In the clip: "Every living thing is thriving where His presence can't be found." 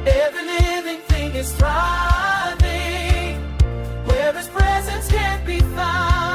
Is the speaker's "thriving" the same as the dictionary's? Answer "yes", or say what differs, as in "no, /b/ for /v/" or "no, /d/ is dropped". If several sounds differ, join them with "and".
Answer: no, /t/ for /θ/